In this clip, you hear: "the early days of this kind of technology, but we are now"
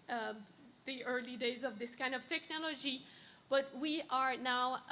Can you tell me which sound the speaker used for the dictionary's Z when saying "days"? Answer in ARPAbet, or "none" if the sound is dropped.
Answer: Z